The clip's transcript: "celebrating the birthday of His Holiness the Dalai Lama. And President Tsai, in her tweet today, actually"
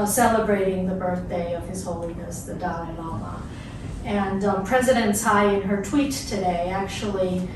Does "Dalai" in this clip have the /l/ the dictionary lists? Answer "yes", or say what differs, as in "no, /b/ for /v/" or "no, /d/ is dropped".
no, /n/ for /l/